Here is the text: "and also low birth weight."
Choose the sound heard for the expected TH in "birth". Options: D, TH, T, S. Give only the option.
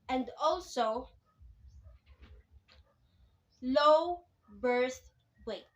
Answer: S